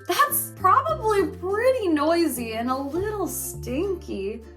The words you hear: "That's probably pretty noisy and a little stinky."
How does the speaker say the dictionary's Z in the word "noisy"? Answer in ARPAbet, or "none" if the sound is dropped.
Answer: Z